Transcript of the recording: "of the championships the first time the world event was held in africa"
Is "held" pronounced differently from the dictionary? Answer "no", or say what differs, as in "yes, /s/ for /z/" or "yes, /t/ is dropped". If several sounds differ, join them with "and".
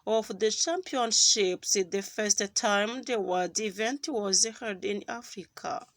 yes, /l/ is dropped